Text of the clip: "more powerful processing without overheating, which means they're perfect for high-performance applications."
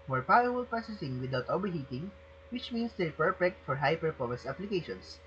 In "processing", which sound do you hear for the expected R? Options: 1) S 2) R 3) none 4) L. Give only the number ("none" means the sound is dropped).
3